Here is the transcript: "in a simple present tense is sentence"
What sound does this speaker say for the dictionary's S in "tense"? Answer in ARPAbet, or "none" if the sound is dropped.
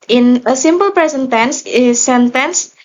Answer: S